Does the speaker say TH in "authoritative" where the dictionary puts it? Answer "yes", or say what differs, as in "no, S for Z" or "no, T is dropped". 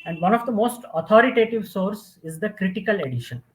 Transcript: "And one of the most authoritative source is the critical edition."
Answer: no, T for TH